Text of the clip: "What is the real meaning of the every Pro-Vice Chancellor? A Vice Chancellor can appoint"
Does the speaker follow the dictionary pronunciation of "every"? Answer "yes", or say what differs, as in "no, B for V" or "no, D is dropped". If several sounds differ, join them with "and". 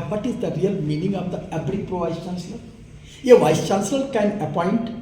no, B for V